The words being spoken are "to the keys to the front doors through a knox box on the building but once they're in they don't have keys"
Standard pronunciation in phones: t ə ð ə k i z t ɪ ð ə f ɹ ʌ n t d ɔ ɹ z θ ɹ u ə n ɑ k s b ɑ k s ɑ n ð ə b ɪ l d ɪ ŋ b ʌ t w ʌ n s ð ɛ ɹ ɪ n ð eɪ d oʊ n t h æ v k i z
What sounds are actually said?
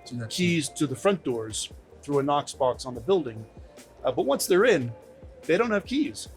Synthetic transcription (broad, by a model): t k i z t ɪ ð ə f ɹ ʌ n d ɔ ɹ z θ ɹ u ə n ɑ k s b ɑ k s n ð ə b ɪ l d ɪ ŋ b ʌ t w ʌ n s ð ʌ ɹ ɪ n ð eɪ d oʊ n t h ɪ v k i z